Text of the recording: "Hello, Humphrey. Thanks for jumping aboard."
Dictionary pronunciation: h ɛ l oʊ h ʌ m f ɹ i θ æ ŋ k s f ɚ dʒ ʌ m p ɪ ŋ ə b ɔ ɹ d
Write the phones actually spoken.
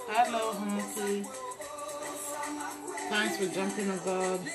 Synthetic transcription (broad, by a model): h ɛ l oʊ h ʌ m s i t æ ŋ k s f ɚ dʒ ʌ m p ɪ ŋ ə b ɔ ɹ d